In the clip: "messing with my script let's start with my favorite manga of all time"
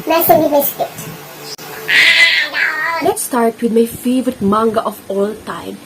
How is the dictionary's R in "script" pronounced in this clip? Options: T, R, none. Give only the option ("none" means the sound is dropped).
none